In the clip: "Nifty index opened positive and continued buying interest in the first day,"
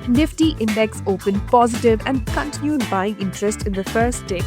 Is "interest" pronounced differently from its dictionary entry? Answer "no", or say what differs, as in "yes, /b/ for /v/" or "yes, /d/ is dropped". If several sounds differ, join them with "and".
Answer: no